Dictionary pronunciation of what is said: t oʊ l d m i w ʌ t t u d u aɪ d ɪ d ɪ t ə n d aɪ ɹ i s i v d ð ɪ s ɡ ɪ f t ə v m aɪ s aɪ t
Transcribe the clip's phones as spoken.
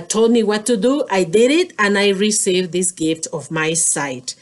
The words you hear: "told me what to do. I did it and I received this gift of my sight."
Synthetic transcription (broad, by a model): t oʊ l d m i w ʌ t t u d u aɪ d ɪ d ɪ t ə n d aɪ ɹ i s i v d ð ɪ s ɡ ɪ f t ə v m aɪ s aɪ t